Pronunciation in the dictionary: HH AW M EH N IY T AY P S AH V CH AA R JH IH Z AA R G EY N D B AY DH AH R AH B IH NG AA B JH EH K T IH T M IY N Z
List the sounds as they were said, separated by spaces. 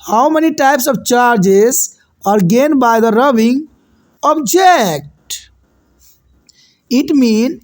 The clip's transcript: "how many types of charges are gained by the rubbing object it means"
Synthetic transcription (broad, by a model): HH AW M EH N IY T AY P S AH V CH AA R JH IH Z AA R G EY N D B AY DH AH R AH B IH NG AA B JH EH K T IH T M IY N